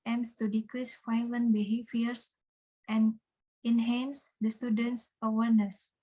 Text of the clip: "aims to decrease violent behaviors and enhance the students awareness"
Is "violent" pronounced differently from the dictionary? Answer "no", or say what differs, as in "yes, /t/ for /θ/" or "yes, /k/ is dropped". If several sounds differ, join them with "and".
yes, /f/ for /v/